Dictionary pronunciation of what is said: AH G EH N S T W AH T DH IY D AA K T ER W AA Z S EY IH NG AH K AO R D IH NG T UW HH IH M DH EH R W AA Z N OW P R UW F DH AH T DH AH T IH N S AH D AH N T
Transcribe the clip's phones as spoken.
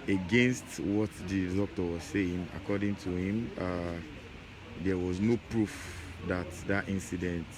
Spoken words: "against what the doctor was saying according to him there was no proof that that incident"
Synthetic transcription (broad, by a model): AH G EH N S T W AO T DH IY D AA K T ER W AA Z S EY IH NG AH K AO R D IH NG T UW HH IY M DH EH W AA Z N OW P R UW F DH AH T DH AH T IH N S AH D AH N T